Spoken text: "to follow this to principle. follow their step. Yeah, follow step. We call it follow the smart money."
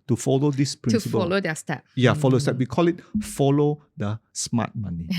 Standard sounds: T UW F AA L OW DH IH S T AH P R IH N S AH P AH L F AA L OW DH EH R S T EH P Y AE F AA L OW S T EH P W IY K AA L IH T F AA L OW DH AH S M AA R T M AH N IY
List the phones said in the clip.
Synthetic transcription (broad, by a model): T UW F AA L OW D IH S P R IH S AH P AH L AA L OW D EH S T EH P Y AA F AA L OW S T EH P W IY K AA L IH T F AA L OW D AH S M AA T M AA N IY